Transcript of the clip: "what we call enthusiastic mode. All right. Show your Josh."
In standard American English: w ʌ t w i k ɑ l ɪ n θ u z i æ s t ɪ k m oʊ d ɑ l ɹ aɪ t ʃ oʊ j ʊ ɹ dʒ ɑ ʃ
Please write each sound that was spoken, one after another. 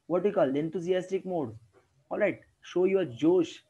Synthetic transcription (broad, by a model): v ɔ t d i k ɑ l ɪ n t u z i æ s t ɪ k m oʊ d ɑ l ɹ aɪ t ʃ oʊ j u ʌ dʒ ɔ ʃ